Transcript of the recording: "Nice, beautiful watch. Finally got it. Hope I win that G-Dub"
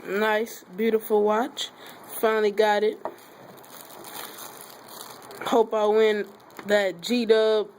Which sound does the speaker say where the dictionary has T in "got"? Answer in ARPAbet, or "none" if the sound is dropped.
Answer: T